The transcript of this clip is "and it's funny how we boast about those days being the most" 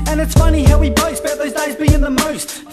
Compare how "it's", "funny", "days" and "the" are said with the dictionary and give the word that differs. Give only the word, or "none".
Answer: none